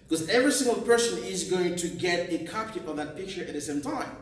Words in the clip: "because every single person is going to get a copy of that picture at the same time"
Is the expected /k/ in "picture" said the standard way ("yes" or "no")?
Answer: yes